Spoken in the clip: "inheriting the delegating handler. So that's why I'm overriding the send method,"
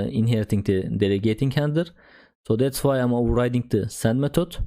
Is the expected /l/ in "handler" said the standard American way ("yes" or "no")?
no